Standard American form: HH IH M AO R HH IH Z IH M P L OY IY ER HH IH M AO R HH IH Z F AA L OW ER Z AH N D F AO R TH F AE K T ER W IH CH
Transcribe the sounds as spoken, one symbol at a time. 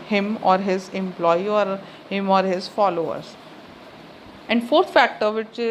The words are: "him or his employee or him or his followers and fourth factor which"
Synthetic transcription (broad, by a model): HH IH M AO R HH IH Z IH M P L OY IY ER HH IH M AO R HH IH Z F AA L OW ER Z AH N D F AO R T F AE K T ER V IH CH